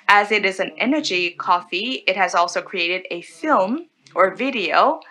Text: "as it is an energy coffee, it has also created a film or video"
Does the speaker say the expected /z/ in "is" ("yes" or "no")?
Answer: yes